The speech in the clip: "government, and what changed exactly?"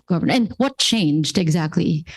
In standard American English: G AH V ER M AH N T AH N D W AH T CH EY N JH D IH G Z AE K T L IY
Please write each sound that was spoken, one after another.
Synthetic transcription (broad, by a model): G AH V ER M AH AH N W AH T CH EY N JH D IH G Z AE K T L IY